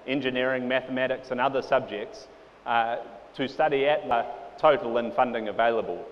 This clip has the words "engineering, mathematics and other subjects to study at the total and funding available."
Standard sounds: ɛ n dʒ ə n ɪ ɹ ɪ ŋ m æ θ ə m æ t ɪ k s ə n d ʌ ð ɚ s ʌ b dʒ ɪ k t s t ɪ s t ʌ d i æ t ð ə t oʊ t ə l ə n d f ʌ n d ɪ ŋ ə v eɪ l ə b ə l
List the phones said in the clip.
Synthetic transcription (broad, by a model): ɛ n dʒ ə n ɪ ɹ ɪ ŋ m æ θ ə m æ t ɪ k s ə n ʌ ð ɚ s ʌ b dʒ ɪ k t s t ɪ s t ʌ d i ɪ t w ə t oʊ t l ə n f ʌ n d ɪ ŋ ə v eɪ l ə b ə l